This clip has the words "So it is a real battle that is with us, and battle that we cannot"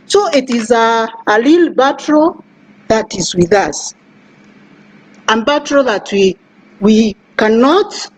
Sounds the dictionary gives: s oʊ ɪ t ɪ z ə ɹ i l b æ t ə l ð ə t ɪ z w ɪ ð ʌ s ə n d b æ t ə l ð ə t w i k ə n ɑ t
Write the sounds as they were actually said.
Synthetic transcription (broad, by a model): s oʊ ɪ t ɪ z ə l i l b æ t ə ð ə t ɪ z w ɪ ð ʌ s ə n b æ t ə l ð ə t w i k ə n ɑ t